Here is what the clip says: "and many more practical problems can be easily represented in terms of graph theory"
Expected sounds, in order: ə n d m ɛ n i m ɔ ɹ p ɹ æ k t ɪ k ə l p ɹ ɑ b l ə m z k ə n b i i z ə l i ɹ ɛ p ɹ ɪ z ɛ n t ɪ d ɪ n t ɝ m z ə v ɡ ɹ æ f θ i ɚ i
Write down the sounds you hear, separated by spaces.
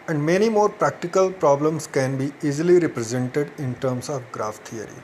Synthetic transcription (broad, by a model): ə n d m ɛ n i m ɔ ɹ p ɹ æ k t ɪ k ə l p ɹ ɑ b l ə m s k ə n b i i z ə l i ɹ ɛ p ɹ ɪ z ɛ n t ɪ d ɪ n t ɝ m s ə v ɡ ɹ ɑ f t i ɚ i